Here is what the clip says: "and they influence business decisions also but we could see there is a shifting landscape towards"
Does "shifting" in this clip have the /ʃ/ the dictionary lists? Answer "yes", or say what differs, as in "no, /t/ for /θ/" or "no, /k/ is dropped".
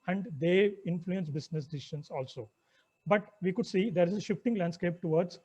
yes